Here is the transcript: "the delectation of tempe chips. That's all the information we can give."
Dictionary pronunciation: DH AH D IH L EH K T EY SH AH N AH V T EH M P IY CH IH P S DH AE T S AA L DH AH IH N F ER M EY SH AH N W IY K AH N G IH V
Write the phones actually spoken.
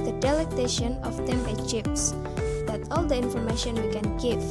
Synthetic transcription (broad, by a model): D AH D IH L EH K T EY SH AH N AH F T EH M IY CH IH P S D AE T AA L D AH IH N F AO M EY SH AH N W IY K AH N G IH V